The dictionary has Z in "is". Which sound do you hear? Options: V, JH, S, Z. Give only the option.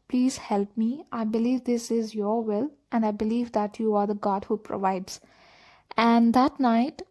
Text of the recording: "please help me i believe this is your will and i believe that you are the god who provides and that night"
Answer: Z